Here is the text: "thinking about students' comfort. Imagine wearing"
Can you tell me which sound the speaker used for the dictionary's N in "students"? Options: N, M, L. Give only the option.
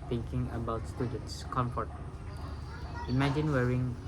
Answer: N